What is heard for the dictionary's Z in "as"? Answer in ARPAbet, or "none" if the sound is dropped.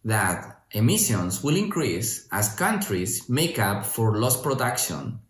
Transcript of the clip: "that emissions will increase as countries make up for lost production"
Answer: S